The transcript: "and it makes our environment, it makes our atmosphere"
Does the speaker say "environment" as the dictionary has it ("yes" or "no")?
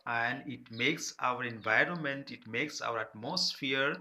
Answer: yes